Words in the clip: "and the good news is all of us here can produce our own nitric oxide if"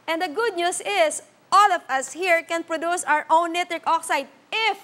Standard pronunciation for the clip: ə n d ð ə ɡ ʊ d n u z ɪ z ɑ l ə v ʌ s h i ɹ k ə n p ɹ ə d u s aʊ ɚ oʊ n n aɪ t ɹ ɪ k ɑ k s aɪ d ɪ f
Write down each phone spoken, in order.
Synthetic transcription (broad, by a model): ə n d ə ɡ ʊ d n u s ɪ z ɑ l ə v ʌ s h i ɹ k ə n p ɹ ə d u s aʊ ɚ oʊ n n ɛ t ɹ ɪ k ɑ k s aɪ d ɪ f